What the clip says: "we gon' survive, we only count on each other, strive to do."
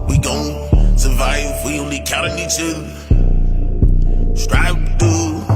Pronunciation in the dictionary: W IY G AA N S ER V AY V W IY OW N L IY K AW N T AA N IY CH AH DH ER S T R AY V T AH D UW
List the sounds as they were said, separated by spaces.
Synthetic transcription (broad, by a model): W IY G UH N S ER V AY V W IY OW N L IY K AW T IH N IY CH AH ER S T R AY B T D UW